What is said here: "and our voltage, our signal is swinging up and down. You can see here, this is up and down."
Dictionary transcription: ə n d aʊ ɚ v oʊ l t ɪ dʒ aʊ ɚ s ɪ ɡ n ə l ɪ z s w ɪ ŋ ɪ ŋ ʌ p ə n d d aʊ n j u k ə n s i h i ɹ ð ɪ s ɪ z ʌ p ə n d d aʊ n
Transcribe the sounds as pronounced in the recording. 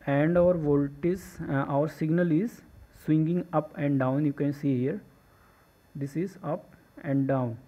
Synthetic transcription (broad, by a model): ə n d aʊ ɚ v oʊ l t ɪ z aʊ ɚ s ɪ ɡ n ə l ɪ z s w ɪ ŋ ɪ ŋ ʌ p ə n d d aʊ n j u k ə n s i h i ɹ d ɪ s ɪ z ʌ p ə n d d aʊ n